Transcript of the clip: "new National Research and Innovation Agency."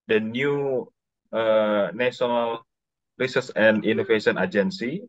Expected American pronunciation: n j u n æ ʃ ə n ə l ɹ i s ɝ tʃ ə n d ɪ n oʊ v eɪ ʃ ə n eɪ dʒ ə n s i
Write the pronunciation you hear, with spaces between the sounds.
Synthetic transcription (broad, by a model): n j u n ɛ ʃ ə n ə l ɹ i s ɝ s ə n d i n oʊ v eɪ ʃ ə n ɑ dʒ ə n s i